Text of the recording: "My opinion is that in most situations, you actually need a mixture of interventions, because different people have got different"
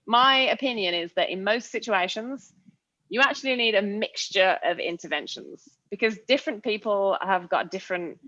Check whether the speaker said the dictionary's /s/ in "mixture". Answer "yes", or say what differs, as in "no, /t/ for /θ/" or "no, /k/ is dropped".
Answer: yes